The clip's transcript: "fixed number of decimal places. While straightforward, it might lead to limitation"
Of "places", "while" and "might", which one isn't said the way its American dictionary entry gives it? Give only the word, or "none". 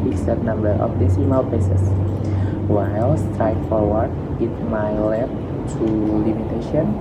places